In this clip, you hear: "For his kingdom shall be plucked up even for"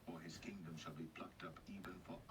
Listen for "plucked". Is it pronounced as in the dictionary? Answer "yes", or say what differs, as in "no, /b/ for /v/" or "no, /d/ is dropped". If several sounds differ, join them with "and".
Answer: yes